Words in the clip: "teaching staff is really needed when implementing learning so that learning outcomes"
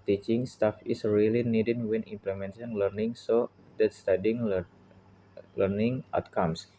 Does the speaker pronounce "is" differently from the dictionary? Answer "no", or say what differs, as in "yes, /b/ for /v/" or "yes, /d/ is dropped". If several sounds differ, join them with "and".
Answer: yes, /s/ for /z/